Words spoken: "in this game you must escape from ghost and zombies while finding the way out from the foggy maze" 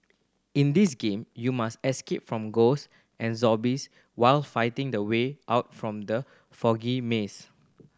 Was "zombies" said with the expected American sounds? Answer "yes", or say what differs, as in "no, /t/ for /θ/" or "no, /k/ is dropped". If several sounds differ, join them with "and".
no, /m/ is dropped and /s/ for /z/